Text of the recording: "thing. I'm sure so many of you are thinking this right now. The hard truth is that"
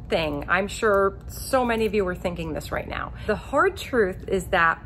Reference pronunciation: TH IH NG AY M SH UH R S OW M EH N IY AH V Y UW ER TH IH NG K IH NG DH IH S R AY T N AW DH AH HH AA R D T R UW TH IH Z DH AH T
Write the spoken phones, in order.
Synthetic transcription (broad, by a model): TH IH NG AY M SH UH R S OW M EH N IY AH V Y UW ER TH IH NG K IH NG DH IH S R AY T N AW DH AH HH AA R D T R UW TH IH Z DH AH T